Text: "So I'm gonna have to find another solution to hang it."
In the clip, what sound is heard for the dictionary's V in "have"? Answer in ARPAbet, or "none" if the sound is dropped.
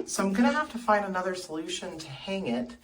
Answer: F